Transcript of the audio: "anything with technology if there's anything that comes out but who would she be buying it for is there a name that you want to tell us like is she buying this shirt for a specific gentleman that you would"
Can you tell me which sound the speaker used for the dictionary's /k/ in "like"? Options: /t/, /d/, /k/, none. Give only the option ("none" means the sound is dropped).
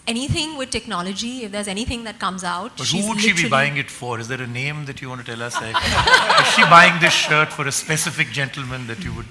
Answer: none